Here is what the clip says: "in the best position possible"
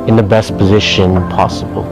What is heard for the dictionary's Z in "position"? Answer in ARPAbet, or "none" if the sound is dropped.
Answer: Z